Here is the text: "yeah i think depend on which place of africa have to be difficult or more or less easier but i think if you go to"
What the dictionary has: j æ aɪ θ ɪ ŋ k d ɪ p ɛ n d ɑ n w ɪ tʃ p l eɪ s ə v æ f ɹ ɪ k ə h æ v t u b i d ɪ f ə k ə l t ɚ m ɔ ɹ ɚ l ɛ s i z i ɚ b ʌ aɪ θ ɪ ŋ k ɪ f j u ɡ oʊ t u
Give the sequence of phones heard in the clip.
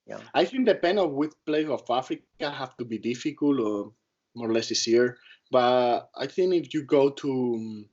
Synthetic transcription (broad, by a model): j aɪ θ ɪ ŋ d ɪ p ɛ n d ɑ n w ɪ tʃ p l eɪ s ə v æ f ɹ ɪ k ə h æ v t u b i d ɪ f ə k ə l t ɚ m ɔ ɹ l ɛ s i s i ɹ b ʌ aɪ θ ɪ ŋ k ɪ f j u ɡ oʊ t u